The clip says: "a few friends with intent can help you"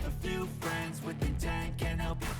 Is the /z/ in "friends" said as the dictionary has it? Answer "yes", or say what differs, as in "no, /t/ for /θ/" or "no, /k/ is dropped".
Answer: yes